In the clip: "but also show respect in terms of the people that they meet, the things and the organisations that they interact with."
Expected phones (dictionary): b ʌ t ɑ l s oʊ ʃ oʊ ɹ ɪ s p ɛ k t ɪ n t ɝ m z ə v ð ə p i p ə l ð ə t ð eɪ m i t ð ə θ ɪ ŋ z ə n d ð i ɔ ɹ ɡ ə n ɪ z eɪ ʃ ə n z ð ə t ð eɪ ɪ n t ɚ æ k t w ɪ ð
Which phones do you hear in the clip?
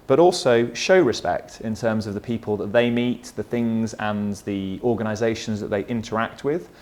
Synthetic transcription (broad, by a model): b ʌ t ɑ l s oʊ ʃ oʊ ɹ ɪ s p ɛ k t ɪ n t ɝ m z ə v ð ə p i p ə l ð ə t ð eɪ m i t ð ə θ ɪ ŋ z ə n ð i ɔ ɡ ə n ɪ z eɪ ʃ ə n z ð ə t ð eɪ ɪ n t ɚ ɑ k t w ɪ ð